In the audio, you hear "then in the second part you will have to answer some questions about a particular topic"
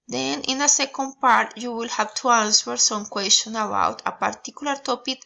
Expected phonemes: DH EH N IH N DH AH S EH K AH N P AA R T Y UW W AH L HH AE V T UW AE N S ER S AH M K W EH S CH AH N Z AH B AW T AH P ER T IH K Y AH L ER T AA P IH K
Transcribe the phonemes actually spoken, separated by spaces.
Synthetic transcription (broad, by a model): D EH N IH N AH S EH K AH N P AA R T Y UW W AH L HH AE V T UW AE N S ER S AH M K W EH S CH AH N AH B AW T AH P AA T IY K Y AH L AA T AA P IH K